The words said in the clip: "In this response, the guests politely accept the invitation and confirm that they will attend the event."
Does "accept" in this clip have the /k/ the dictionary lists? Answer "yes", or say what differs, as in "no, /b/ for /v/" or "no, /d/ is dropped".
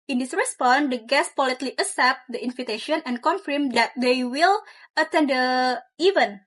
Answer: no, /k/ is dropped